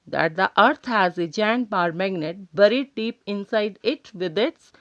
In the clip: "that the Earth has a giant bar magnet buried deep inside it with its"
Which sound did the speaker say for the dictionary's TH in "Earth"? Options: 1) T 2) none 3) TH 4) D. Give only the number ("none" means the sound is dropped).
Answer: 1